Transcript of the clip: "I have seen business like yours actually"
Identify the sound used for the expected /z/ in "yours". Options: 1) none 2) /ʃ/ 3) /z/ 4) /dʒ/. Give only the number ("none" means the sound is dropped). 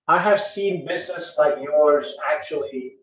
3